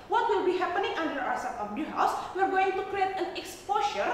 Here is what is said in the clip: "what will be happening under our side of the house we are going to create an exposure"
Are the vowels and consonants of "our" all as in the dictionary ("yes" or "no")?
no